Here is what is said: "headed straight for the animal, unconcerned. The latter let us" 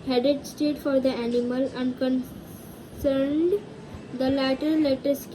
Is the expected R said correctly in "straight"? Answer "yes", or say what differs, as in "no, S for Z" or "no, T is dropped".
no, R is dropped